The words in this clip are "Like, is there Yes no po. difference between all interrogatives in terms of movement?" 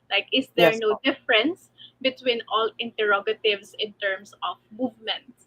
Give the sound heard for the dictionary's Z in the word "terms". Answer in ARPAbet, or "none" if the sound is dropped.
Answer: S